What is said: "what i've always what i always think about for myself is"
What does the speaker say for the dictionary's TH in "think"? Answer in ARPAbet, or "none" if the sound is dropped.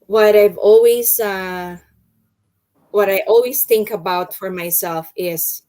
TH